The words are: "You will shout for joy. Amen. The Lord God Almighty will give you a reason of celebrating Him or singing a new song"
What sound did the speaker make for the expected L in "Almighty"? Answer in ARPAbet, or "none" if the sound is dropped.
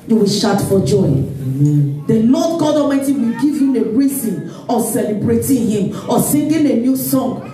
none